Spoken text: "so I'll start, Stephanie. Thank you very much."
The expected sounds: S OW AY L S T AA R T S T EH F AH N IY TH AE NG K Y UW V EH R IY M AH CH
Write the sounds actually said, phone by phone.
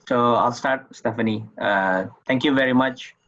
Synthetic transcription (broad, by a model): S OW AY L S T AA R T S T EH F AH N IY T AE NG K Y UW V EH R IY M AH CH